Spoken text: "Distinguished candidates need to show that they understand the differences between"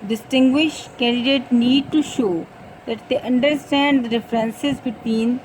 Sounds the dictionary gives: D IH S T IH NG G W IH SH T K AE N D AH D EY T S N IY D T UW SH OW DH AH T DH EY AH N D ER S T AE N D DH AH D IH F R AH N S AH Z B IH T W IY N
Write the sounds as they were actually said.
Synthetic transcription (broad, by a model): D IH S T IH NG G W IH SH T K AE N D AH D EY T N IY D T UW SH OW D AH T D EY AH N D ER S T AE N D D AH D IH F R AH N S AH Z B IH T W IY N